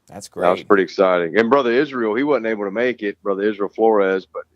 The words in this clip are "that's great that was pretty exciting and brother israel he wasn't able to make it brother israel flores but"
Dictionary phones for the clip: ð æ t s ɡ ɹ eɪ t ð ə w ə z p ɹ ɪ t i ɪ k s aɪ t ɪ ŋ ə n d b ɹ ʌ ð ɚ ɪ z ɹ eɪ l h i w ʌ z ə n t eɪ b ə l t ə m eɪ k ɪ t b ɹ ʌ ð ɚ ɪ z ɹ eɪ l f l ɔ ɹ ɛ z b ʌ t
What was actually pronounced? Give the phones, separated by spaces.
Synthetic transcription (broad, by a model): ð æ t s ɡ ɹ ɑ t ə w ə z p ɹ ɪ t i ɪ k s aɪ t ɪ ŋ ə n b ɹ ʌ ð ɚ ɪ z ɹ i l h i w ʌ z n t eɪ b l t ə m eɪ k ɪ t b ɹ ʌ ð ɚ ɪ z ɹ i l f l ɔ ɹ ɛ z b ʌ t